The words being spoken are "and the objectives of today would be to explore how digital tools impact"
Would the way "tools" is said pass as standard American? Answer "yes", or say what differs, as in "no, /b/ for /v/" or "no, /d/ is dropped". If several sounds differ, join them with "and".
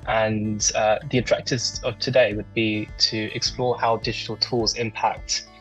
yes